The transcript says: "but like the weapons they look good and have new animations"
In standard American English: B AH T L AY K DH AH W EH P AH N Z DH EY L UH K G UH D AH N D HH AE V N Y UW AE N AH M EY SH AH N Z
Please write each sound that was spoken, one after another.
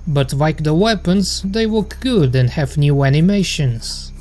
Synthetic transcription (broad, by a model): B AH T L AY K DH AH W EH P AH N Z DH EY W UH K G UH D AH N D HH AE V N Y UW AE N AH M EY SH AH N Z